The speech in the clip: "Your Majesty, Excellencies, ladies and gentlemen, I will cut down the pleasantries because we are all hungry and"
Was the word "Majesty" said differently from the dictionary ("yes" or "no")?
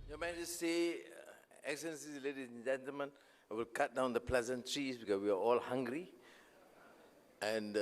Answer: yes